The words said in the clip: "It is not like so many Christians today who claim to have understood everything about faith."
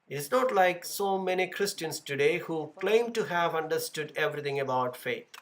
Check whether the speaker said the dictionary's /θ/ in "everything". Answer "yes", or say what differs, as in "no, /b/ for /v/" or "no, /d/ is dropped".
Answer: no, /t/ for /θ/